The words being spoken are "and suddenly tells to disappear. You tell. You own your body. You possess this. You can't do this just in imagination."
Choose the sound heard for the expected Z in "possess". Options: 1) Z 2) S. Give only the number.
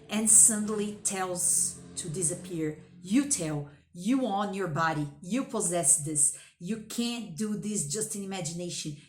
1